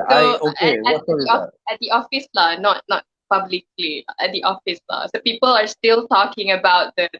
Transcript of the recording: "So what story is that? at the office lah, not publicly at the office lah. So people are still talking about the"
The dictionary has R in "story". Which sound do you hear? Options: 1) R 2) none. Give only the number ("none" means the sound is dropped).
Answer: 2